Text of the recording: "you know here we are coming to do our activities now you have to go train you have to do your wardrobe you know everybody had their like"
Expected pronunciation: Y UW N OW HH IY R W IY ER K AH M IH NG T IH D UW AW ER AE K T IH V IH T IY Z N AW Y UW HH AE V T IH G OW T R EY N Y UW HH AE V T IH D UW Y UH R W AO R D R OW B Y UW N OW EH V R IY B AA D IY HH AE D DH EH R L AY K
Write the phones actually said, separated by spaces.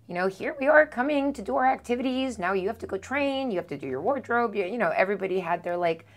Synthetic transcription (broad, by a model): Y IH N OW HH IY R W IY ER K AH M IH NG T IH D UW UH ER AE K T IH V IH T IY Z N AW Y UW HH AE F T IH G OW T R EY N Y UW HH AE F T IH D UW Y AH R W AO R D R OW B Y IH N OW EH V R IY B AA D IY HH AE D DH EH R L AY K